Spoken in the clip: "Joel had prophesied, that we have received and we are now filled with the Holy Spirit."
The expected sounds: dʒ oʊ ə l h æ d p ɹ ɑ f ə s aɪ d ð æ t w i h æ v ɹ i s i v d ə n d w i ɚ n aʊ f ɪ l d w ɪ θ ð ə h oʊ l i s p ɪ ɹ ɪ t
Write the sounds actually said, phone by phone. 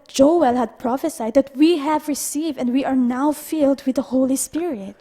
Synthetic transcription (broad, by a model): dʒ oʊ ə l h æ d p ɹ ɑ f ə s aɪ d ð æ t w i h æ v ɹ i s i v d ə n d w i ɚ n aʊ f ɪ l d w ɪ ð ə h oʊ l i s p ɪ ɹ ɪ t